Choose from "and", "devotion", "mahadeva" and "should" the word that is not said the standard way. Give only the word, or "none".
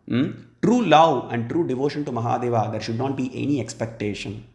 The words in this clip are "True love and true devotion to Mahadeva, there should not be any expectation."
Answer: none